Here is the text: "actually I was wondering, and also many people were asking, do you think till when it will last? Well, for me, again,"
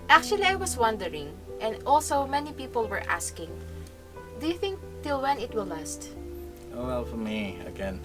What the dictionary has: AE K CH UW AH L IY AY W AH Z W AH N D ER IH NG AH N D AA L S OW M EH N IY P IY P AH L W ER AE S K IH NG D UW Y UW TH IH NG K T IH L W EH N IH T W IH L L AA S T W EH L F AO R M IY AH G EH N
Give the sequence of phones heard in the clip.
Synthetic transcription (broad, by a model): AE K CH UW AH L IY AY W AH S W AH N D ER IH NG AH N D AA L S OW M EH N IY P IY P AH L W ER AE S K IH NG D UW Y UW TH IH NG K T IH L W EH N IH T W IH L L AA S T W EH L F AO R M IY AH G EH N